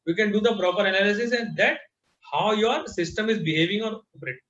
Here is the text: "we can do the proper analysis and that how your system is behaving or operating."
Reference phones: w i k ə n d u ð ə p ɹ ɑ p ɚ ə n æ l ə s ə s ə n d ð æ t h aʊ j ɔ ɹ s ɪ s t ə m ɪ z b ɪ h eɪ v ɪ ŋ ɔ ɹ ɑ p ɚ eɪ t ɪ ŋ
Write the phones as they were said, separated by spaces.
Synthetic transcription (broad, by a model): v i k ə n d u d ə p ɹ ɑ p ɚ ə n æ l ə s ə s ə n d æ t h aʊ j ɔ ɹ s ɪ s t ə m ɪ z b ɪ h eɪ v ɪ ŋ ɔ ɹ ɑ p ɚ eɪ t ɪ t